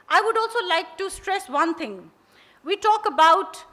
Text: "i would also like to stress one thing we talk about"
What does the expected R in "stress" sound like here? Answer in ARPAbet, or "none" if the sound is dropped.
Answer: R